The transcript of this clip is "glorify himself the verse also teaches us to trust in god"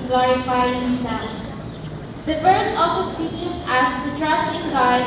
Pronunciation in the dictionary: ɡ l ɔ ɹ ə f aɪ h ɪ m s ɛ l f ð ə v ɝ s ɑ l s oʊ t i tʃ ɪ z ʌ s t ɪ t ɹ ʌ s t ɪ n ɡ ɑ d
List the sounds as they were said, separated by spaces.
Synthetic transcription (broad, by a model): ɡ l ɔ ɹ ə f aɪ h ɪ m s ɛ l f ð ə f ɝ s ɑ l s oʊ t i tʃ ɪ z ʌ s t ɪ t ɹ ʌ s t ɪ n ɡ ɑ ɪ